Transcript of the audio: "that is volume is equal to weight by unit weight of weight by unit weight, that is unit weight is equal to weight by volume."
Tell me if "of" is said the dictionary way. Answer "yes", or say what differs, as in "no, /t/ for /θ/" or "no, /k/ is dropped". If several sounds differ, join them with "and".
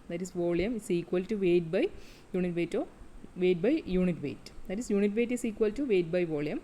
yes